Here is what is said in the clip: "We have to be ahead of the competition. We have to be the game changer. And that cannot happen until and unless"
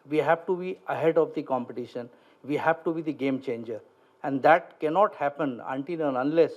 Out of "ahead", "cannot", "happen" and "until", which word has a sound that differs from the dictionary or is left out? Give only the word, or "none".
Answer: until